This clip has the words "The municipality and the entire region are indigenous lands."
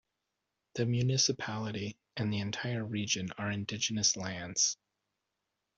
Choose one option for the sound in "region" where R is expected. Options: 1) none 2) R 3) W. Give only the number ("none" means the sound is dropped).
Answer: 2